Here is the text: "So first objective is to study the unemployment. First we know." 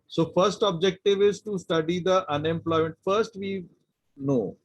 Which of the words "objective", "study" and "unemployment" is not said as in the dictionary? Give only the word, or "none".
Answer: none